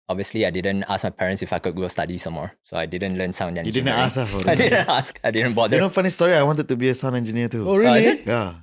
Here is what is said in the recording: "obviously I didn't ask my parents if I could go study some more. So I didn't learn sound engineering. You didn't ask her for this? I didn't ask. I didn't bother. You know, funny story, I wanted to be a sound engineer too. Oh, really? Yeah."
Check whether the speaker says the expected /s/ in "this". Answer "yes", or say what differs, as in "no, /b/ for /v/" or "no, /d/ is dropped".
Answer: no, /s/ is dropped